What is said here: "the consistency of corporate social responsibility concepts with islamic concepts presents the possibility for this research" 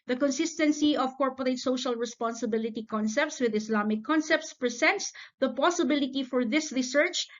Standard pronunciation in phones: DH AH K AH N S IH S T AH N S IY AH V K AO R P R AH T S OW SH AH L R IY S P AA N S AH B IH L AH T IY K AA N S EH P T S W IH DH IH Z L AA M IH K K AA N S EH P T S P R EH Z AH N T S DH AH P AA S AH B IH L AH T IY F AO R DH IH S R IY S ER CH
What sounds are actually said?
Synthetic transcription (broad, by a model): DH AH K AH N S IH S T AH N S IY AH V K AO R P R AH T S OW SH AH L R IY S P AA N S AH B IH L AH T IY K AA N S EH P T S W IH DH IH S L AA M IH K K AA N S EH P T S P R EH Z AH N T S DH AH P AA S AH B IH L AH T IY F AO R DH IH S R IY S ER CH